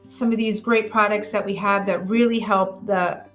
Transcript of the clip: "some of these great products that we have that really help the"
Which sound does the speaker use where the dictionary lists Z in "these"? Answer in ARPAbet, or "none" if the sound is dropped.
Z